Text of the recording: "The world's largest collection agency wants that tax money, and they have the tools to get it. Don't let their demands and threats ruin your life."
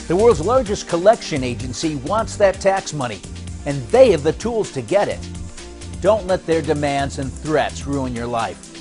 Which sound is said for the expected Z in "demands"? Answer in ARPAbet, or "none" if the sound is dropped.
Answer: Z